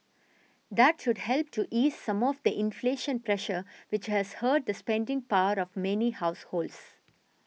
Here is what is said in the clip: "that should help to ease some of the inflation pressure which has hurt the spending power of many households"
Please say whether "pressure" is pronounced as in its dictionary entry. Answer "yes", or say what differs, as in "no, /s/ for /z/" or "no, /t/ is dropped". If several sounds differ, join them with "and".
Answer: yes